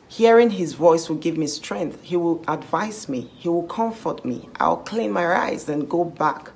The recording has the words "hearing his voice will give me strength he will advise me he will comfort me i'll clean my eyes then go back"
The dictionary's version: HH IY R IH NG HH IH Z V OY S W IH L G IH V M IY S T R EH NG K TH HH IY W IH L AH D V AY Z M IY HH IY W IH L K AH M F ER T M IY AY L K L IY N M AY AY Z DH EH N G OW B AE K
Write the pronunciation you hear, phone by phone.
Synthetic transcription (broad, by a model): HH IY R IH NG HH IH Z V OY S W IH L G IH V M IY S T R EH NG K TH HH IY W IH L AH D V AY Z M IY HH IY W IH L K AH M F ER T M IY AY L K L IY N M AY AY Z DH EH N G OW B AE K